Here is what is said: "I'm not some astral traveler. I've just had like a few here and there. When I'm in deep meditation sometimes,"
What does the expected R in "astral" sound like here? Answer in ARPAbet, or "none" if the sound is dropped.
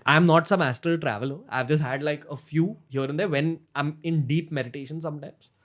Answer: none